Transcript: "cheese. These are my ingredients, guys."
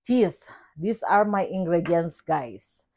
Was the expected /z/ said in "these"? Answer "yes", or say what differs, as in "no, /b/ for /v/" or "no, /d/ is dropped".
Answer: no, /s/ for /z/